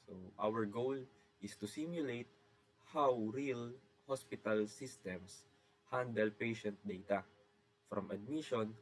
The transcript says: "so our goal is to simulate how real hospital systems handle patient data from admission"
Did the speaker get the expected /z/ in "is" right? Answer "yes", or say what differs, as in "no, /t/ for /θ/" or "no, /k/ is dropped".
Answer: no, /s/ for /z/